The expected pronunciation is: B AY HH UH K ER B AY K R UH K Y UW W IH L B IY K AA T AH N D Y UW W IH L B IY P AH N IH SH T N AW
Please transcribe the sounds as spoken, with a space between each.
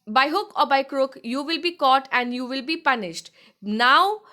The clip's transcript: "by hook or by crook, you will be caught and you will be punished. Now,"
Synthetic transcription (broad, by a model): B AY HH UH K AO B AY K R UH K Y UW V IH L B IY K AA T AH N D Y UW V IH L B IY P AH N IH SH T N AW